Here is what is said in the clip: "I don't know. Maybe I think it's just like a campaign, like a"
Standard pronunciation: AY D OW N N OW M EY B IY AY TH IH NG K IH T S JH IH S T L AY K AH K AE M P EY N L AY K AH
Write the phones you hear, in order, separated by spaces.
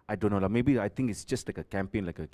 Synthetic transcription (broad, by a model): AY D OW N L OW M EY B IY AY T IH NG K IH T S JH IH S T L AY K AH K AE M P EY N L AY K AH